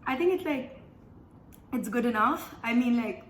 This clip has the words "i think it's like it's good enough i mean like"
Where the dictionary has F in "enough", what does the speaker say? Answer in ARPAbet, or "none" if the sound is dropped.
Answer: F